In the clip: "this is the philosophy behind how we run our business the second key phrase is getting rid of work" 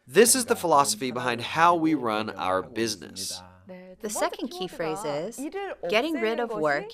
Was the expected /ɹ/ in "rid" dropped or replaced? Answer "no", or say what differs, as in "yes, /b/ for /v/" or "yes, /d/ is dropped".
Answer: no